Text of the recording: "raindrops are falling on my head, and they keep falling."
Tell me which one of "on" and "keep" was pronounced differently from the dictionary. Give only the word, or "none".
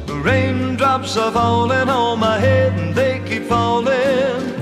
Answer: on